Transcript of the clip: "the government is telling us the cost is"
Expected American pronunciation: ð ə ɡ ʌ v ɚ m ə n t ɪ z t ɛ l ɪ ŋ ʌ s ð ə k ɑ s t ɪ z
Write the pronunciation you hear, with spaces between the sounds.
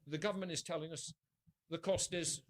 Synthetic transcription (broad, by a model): ð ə ɡ ʌ v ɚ m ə n t ɪ z t ɛ l ɪ ŋ ʌ s ð ə k ɑ s t ɪ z